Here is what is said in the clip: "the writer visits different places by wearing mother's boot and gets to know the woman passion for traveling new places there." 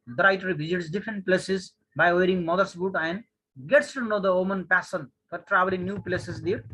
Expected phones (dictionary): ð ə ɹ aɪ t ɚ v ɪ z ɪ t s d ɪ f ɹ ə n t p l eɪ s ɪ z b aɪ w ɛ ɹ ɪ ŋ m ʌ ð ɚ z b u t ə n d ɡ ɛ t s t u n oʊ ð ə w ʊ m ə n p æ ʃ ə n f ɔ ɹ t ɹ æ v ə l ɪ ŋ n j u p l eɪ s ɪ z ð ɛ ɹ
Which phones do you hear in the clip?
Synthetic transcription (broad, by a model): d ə ɹ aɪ t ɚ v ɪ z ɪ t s d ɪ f ɹ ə n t p l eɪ s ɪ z b aɪ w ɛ ɹ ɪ ŋ m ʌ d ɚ s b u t ə n d ɡ ɛ t s t u n oʊ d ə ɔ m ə n p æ s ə n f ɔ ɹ t ɹ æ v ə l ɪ ŋ n j u p l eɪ s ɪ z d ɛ ɹ